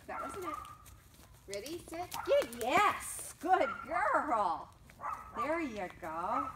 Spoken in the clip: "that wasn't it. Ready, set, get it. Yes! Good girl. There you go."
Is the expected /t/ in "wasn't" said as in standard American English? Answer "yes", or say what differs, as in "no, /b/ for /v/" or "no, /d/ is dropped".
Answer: no, /t/ is dropped